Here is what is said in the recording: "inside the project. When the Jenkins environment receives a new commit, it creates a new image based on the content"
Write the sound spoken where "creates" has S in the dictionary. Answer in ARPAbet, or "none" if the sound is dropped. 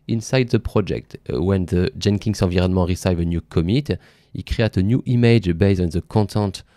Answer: none